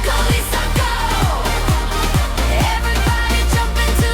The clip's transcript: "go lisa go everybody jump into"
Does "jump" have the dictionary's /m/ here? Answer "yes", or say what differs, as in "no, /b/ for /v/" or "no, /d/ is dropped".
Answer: no, /m/ is dropped